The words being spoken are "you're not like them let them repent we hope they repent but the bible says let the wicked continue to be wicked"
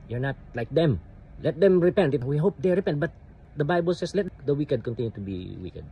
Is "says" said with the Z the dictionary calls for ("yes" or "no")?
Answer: no